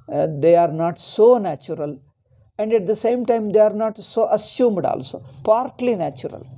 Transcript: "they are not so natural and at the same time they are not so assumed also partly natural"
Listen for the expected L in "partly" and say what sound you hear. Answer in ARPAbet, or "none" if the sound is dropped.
L